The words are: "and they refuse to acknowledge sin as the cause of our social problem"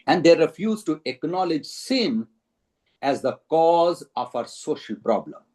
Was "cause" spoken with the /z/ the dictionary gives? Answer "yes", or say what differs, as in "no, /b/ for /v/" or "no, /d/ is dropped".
yes